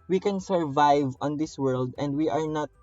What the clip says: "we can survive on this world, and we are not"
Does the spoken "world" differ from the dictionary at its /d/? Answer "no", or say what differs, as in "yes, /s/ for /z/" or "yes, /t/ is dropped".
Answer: no